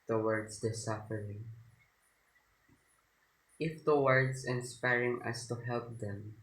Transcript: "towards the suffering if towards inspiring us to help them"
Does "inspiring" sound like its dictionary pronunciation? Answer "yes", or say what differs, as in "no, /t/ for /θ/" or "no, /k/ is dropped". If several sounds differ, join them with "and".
yes